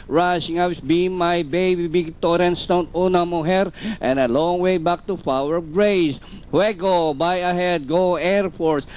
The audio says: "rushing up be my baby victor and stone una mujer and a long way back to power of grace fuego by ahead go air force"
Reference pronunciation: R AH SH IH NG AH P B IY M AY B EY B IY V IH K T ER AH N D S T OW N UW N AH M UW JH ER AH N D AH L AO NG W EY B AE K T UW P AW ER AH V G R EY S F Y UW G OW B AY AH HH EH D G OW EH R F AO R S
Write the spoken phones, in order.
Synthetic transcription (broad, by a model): R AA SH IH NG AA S B IY M AY B EY B IY B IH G T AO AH N S T OW N UW N AH M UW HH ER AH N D AH L AO NG W EY B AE K T UW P AW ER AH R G R EY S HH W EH G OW B AY AH HH EH D G OW EH R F AO R S